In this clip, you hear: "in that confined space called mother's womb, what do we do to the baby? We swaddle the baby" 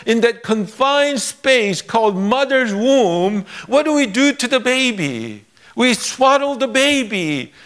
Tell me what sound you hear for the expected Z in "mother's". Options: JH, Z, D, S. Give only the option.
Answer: Z